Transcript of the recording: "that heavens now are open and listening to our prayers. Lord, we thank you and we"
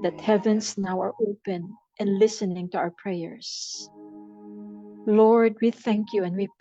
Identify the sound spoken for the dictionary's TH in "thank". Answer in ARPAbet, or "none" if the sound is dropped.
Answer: TH